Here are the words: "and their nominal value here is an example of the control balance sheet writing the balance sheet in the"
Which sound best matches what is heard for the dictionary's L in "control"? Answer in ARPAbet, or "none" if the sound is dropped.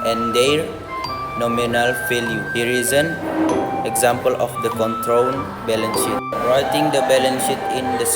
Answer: N